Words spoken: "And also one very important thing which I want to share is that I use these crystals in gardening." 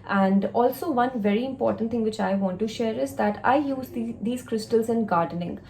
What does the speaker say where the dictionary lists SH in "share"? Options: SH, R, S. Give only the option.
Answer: SH